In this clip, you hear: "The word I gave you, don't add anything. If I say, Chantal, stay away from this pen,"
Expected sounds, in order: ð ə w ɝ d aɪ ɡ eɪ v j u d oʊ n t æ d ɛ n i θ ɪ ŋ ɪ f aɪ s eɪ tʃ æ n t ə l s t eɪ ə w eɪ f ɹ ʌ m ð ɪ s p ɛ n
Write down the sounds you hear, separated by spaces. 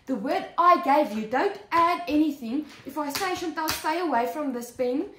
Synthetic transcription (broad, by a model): ð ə w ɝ d aɪ ɡ eɪ v j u d oʊ n t æ d ɛ n i θ ɪ ŋ ɪ f aɪ s eɪ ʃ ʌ n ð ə l s t eɪ ə w eɪ f ɹ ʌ m ð ɪ s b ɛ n